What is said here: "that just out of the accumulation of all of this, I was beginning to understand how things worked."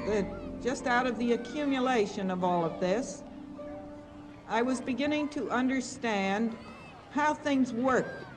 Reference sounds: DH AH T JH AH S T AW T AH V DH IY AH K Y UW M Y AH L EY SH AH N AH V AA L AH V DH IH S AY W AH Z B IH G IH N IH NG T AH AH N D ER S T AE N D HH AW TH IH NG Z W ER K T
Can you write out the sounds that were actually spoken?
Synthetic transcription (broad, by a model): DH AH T JH AH S T AW T AH V DH IY AH K Y UW M Y AH L EY SH AH N AH V AA L AH V DH IH S AY W AH Z B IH G IH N IH NG T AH AH N D ER S T AE N D HH AW TH IH NG Z W ER K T